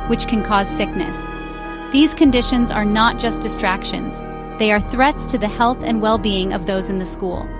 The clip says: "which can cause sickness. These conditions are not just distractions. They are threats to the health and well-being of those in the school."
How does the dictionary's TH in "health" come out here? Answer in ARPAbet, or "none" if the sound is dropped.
TH